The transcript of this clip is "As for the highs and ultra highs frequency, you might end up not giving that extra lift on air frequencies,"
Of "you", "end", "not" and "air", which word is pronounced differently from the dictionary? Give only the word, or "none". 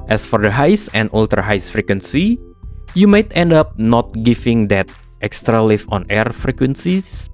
none